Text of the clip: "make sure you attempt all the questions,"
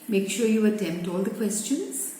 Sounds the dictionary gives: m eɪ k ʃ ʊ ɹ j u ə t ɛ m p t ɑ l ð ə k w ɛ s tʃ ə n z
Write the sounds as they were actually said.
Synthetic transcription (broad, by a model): m eɪ k ʃ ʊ ɹ j u ə t ɛ m p t ɑ l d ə k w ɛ s tʃ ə n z